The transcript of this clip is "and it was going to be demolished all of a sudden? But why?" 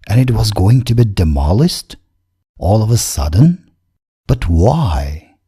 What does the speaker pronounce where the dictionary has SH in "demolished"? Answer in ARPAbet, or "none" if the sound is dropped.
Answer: S